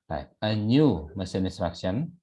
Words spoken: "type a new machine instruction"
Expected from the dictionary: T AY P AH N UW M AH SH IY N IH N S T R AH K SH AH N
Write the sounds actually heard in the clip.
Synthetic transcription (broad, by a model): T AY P AH N UW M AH S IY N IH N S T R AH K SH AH N